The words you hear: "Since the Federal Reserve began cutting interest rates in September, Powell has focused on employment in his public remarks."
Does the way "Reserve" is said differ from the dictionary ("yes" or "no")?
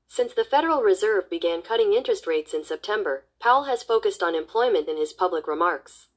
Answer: no